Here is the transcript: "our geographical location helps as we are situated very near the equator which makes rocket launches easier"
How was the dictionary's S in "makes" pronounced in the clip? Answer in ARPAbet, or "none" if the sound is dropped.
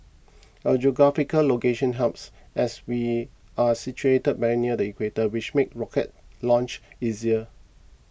none